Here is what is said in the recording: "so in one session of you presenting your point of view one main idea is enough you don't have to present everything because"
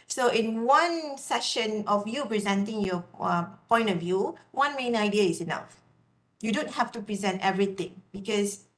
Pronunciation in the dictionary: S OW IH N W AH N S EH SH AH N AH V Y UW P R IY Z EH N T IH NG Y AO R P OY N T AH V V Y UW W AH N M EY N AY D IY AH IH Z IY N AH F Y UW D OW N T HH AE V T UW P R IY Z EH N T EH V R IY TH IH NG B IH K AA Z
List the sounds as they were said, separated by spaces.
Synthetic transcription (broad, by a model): S OW IH N W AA N S EH SH AH N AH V Y UW P R IY Z EH N T IH NG Y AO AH P OY N T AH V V Y UW W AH N M EY N AY D IY AH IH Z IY N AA F Y UW D OW N T HH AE F T UW P R IY Z EH N T EH V R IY T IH NG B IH K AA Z